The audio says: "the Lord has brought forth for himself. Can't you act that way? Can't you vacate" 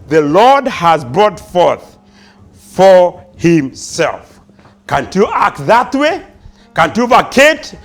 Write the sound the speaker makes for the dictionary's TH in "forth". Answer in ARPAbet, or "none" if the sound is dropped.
TH